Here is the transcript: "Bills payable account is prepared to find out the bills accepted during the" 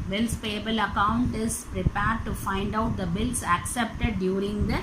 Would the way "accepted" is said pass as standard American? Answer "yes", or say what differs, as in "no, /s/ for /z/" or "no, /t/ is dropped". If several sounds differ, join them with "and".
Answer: yes